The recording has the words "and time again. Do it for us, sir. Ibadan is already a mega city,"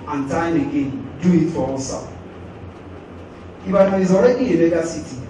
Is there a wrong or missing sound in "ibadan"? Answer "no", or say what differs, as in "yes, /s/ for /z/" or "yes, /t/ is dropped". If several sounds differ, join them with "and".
yes, /n/ is dropped